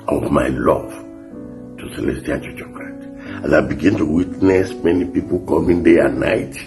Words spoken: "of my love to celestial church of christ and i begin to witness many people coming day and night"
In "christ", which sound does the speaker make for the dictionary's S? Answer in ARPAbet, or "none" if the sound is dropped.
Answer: none